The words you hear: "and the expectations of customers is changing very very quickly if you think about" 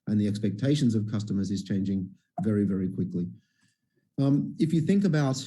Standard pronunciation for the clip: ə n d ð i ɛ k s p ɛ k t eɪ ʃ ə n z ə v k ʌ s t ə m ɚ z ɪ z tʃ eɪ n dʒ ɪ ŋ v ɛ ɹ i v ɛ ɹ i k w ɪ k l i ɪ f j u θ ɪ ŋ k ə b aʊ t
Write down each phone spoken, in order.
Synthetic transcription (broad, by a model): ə n ð i ɛ k s p ɛ k t eɪ ʃ ə n z ə v k ʌ s t ə m ɚ z ɪ z tʃ eɪ n dʒ ɪ ŋ v ɛ ɹ i v ɛ ɹ i k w ɪ k l i ɪ f j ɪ θ ɪ ŋ k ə b aʊ t